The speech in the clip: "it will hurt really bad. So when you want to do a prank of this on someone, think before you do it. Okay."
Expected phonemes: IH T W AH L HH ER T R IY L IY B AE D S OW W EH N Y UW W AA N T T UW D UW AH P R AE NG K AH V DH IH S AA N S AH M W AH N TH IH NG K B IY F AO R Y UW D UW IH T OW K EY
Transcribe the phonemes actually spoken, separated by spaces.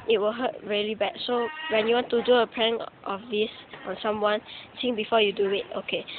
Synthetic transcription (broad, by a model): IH T W AH L HH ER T R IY L IY B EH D S OW W EH N Y UW W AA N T T UW D UW AH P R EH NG AH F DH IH S AA N S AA M W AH N S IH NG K B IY F AO Y UW D UW IH T OW K EY